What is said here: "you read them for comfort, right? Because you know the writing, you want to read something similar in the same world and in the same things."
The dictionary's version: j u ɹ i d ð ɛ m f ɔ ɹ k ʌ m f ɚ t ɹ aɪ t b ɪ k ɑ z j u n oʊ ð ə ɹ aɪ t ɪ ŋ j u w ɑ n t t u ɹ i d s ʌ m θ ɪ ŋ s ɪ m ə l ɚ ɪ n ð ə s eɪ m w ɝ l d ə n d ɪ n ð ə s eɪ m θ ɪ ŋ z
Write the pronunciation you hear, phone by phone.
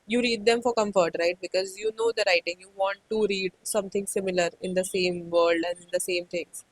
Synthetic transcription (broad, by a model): j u ɹ i d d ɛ m f ɔ ɹ k ʌ m f ɚ t ɹ aɪ t b ɪ k ɑ z j u n oʊ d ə ɹ aɪ t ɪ ŋ j u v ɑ n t t u ɹ i d s ʌ m t ɪ ŋ s ɪ m ə l ɚ ɪ n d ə s eɪ m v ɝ l d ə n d ɪ n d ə s eɪ m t ɪ ŋ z